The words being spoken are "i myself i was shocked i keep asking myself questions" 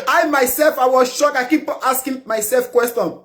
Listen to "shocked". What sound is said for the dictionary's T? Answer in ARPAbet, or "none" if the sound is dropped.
none